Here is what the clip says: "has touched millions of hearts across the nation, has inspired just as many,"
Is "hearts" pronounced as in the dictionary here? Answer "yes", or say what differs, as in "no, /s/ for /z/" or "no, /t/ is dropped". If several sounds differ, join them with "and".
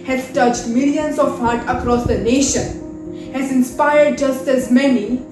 no, /s/ is dropped